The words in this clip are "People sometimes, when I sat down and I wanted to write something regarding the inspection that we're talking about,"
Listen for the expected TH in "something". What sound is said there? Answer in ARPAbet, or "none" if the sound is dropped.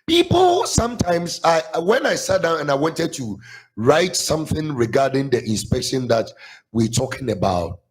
TH